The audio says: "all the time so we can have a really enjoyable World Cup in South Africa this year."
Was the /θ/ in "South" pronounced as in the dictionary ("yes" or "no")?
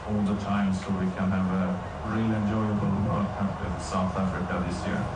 yes